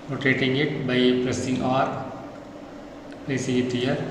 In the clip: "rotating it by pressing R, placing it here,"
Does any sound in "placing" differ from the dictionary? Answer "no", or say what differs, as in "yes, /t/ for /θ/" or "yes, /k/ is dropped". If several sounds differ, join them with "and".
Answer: yes, /l/ is dropped